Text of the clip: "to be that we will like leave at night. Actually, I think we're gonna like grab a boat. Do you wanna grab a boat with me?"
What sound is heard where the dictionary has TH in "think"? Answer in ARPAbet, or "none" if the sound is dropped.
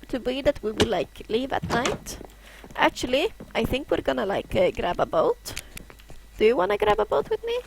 TH